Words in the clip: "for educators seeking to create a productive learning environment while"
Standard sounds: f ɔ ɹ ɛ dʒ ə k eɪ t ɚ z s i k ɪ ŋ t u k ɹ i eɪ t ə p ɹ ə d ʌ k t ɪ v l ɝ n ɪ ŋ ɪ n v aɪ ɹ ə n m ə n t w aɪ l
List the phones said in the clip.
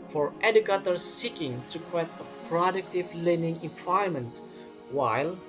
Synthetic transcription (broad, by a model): f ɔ ɹ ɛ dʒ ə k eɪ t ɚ s i k ɪ ŋ t u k w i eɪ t ə p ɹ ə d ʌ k t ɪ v l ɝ n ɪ ŋ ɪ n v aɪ ə m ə n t w aɪ l